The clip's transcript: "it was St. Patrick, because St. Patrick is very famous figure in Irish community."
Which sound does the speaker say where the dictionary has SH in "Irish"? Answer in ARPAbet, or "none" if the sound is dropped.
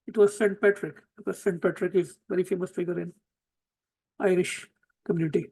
SH